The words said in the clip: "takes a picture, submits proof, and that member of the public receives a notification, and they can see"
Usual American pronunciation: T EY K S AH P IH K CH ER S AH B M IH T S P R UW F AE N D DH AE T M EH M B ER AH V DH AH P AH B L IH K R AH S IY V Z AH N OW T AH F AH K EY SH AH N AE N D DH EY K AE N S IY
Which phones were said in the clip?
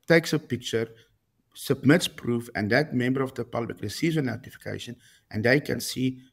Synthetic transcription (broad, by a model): T EY K S AH P IH K CH ER S AH B M IH T S P R UW F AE N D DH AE T M EH M B ER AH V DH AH P AH B L IH K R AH S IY Z AH N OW T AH F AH K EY SH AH N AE N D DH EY K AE N S IY